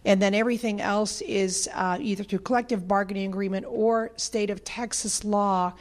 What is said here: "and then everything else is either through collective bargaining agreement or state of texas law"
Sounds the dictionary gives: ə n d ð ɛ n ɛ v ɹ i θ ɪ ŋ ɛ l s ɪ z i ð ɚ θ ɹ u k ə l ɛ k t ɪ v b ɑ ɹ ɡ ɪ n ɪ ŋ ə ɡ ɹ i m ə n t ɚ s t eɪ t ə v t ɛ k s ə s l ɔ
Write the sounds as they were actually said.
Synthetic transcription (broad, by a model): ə n ð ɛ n ɛ v ɹ i θ ɪ ŋ ɛ l s ɪ z i ð ɚ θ u k ə l ɛ k t ɪ v b ɑ ɹ ɡ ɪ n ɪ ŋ ə ɡ ɹ i m ə n t ɚ s t eɪ t ə v t ɛ k s ə s l ɔ